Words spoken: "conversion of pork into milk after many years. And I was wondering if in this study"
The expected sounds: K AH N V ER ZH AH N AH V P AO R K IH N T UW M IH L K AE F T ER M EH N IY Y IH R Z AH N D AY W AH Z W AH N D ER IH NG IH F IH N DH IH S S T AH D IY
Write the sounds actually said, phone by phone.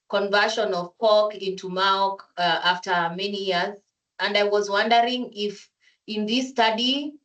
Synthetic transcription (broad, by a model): K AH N V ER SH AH N AH V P AO L K IH N T UW M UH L K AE F T ER M EH N IY Y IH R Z AH N D AY W AH Z W AH N D ER IH NG IH F IH N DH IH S S T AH D IY